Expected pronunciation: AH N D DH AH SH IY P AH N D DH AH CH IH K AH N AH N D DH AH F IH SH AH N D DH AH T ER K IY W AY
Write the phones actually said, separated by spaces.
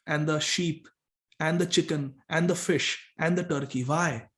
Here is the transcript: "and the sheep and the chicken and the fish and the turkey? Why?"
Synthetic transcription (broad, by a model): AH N D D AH SH IY P AH N D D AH CH IH K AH N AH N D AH F IH SH AH N D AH T ER K IY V AY